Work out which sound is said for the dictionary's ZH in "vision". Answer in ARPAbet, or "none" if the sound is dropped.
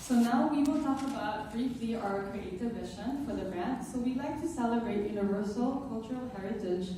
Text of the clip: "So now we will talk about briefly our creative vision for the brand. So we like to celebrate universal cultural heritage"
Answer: SH